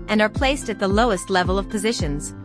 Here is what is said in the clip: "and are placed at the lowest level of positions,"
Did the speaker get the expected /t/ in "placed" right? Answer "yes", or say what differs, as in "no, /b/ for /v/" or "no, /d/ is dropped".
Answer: yes